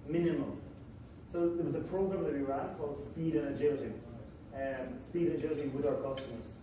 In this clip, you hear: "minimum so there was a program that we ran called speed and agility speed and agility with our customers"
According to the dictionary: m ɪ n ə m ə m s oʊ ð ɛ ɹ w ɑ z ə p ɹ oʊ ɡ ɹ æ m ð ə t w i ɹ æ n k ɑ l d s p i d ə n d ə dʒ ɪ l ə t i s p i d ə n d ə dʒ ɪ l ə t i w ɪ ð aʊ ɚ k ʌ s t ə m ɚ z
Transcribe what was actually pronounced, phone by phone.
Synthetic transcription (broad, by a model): m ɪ n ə m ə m s oʊ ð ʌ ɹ w ɑ z ə p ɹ oʊ ɡ ɹ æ m ð ə t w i ɹ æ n k ɑ l d s p i d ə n ə dʒ ɪ l ə t i s p i d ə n ə dʒ ɪ l ə t i w ɪ ð aʊ ɚ k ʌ s t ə m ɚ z